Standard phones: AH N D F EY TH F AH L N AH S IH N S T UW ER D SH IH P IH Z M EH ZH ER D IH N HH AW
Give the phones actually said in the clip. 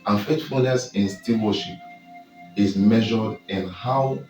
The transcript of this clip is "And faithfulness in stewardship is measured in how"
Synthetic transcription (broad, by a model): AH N F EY T F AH L N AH S IH N S T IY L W SH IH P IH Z M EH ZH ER D IH N HH AW